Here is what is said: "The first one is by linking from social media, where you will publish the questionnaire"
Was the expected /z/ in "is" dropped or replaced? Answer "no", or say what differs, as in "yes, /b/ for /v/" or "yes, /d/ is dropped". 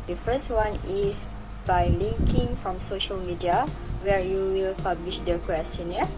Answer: yes, /s/ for /z/